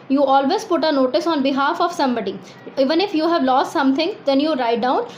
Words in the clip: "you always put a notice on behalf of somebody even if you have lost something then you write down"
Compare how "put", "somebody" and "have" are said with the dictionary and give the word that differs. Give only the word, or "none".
none